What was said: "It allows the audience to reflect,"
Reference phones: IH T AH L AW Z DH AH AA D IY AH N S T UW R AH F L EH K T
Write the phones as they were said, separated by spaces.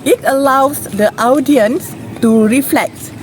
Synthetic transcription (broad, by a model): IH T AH L AW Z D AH AA D IY AH N S T UW R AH F L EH K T